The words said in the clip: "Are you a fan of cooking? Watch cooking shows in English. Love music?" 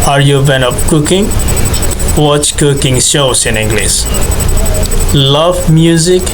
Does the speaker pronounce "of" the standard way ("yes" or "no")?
no